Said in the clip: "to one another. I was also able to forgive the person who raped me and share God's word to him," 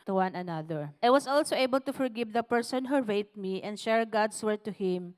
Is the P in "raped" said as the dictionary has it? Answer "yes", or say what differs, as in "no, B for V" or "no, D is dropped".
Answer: no, P is dropped